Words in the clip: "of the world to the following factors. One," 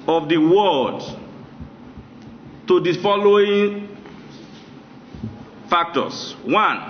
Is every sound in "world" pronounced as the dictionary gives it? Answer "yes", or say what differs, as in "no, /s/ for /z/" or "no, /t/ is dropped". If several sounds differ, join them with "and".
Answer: no, /l/ is dropped